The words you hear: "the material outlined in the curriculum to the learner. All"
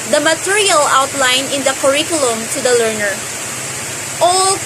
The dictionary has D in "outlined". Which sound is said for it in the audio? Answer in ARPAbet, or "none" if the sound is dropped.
none